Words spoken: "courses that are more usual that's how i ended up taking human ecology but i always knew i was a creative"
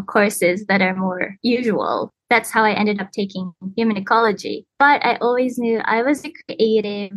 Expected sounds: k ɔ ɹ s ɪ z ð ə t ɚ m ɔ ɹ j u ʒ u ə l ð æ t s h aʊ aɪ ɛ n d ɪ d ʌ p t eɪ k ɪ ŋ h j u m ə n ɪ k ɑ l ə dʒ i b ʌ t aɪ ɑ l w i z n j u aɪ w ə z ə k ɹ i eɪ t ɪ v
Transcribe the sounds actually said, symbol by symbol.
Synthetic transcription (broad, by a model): k ɔ ɹ s ɪ z ð ə t ɚ m ɔ ɹ j u ʒ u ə l ð æ t s h aʊ aɪ ɛ n d ɪ d ʌ p t eɪ k ɪ ŋ h j u m ə n ɪ k ɑ l ə dʒ i b ʌ t aɪ ɑ l w i z n j u aɪ w ə z ə k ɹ i eɪ t ɪ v